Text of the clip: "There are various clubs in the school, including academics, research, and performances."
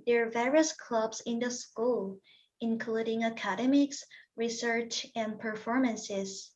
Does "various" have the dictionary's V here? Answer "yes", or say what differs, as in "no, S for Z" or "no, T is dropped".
yes